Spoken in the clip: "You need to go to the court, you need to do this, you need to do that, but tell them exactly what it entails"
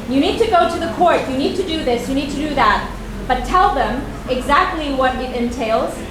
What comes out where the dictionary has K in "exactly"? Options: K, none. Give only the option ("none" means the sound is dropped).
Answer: K